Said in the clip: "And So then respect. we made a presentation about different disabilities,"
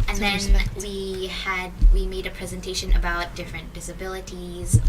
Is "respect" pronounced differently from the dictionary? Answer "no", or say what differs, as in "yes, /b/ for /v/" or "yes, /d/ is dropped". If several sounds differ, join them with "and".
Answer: yes, /w/ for /ɹ/